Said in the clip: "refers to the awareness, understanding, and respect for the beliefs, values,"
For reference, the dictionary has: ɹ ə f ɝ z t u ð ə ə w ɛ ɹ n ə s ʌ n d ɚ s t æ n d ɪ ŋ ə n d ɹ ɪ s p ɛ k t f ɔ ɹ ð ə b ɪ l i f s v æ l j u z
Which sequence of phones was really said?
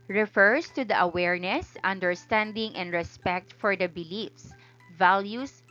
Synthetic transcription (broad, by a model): ɹ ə f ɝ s t u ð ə ə w ɛ ɹ n ə s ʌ n d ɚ s t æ n d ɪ ŋ ə n d ɹ ɪ s p ɛ k t f ɔ ɹ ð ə b ɪ l i f s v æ l j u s